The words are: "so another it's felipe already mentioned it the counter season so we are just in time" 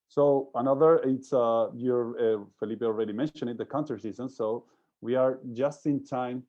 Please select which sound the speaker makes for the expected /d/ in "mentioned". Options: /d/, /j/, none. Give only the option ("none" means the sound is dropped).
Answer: none